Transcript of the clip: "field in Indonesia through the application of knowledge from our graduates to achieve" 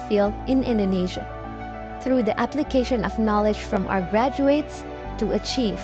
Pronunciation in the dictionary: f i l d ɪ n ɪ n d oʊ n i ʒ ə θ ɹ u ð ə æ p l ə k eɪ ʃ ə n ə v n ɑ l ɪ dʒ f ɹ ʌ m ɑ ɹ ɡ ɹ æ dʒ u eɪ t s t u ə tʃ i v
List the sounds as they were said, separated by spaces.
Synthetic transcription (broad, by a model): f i l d ɪ n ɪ n d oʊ n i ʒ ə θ ɹ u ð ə æ p l ə k eɪ ʃ ə n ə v n ɑ l ɪ dʒ f ɹ ʌ m ɑ ɹ ɡ ɹ æ dʒ u eɪ t s t u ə tʃ i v